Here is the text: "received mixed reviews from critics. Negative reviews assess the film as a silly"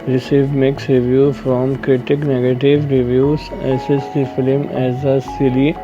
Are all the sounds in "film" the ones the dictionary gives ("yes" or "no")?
yes